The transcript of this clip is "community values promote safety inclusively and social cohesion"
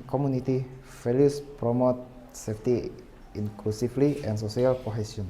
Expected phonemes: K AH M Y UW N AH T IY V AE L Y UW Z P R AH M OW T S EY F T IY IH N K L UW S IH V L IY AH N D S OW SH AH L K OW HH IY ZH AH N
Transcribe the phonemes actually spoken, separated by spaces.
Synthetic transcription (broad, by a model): K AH M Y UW N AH T IY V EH L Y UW S P R AH M OW T S EY F T IY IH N K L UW S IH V L IY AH N S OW S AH L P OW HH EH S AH N